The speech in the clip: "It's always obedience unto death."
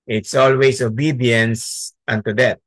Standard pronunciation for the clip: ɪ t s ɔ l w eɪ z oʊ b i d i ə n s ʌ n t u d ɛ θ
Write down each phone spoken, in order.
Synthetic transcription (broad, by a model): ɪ t s ɔ l w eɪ s oʊ b i d i ə n s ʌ n t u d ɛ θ